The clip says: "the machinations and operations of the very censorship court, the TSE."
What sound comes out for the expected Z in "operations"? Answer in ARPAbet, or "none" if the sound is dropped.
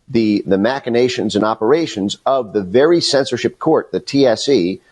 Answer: Z